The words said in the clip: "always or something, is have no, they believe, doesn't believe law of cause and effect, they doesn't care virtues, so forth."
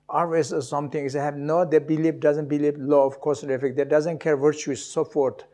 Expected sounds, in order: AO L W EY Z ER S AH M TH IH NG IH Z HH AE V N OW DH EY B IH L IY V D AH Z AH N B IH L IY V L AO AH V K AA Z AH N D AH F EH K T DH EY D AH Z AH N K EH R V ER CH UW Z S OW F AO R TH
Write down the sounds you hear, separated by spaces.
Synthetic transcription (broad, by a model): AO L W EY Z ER S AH M T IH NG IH S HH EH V N OW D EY B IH L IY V D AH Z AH N B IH L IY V L AO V K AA S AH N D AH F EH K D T D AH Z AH N K EH R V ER CH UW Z S OW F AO R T